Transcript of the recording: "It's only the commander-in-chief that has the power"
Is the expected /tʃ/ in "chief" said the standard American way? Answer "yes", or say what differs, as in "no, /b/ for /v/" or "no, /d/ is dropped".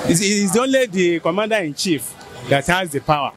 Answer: yes